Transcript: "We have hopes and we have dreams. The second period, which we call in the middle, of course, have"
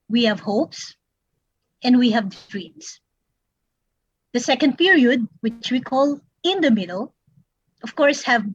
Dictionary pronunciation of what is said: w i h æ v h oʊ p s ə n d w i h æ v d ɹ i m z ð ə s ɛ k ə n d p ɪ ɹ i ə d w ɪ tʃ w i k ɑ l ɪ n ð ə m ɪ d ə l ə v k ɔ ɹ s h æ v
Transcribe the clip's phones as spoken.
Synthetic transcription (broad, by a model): w i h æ v h oʊ p s ə n d w i h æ v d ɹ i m s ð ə s ɛ k ə n d p ɪ ɹ i ə d w ɪ tʃ w i k ɑ l ɪ n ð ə m ɪ d ə l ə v k ɔ ɹ s h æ v